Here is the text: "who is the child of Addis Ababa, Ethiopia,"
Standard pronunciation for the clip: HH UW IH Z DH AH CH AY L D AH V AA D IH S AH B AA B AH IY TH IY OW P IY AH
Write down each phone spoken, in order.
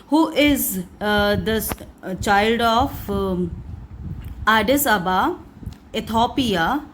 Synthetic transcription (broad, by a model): HH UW IH Z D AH CH AY L D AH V AA D IH S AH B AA AH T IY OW P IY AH